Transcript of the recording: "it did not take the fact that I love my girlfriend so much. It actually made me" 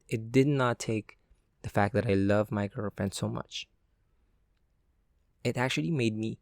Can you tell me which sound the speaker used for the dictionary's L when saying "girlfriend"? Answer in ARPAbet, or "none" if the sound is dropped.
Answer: none